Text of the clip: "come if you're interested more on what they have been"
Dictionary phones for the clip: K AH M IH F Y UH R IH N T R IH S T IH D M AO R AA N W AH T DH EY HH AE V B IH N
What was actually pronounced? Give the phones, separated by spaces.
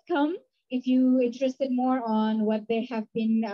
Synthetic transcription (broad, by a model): K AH M IH F Y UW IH N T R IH S T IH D M AO R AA N W AH T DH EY HH AE V B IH N